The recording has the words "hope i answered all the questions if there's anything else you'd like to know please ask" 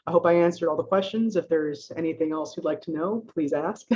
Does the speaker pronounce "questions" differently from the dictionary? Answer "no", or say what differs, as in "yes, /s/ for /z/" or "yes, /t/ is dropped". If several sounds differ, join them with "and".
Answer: no